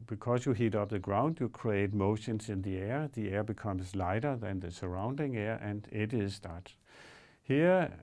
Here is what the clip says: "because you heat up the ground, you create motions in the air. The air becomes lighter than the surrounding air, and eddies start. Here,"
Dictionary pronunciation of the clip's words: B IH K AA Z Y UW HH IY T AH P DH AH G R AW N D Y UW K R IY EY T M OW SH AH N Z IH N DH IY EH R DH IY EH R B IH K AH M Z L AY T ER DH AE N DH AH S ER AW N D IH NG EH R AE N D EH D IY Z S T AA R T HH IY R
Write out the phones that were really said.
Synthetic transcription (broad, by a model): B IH K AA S Y UW HH IY T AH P DH AH G R AW N D Y UW K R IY EY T M OW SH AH N S IH N DH IY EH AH DH IY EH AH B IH K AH M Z L AY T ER DH AE N DH AH S ER AW N D IH NG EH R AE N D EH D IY S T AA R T HH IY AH